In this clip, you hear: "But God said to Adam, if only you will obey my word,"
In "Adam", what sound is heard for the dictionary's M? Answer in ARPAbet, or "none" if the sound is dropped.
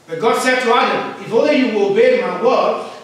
none